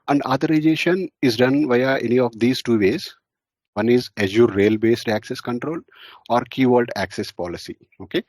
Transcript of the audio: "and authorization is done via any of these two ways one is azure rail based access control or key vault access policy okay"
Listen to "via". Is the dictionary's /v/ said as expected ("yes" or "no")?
yes